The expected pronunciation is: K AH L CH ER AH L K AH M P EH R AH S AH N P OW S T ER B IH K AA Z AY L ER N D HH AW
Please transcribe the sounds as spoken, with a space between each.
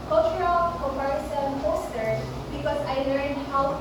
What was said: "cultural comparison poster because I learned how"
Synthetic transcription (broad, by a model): K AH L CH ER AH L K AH P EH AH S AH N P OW S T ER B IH K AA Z AY L ER N D HH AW